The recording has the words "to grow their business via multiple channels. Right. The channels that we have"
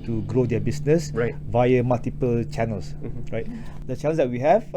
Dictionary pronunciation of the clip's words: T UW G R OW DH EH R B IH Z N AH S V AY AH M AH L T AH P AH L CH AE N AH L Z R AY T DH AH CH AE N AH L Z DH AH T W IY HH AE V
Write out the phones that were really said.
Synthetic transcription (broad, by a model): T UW G R OW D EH B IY S N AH S V AY AH M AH L T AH P AH L CH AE N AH L S R AY T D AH CH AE N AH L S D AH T W IY HH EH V